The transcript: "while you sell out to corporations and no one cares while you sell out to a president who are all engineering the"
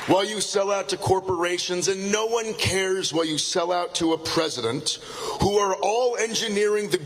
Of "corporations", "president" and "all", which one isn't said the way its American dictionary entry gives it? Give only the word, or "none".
none